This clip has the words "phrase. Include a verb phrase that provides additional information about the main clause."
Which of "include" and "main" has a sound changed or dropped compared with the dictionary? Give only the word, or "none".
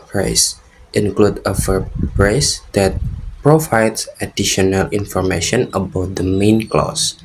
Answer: none